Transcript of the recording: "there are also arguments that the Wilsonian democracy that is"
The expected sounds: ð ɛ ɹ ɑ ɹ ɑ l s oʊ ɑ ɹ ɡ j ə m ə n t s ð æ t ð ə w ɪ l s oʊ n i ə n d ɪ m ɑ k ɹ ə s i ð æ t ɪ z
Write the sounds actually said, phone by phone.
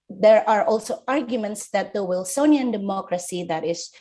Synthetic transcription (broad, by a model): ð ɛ ɹ ɑ ɹ ɑ l s oʊ ɑ ɹ ɡ j ə m ə n t s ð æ t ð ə w ɪ l s oʊ n i ə n d ɪ m ɑ k ɹ ə s i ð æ t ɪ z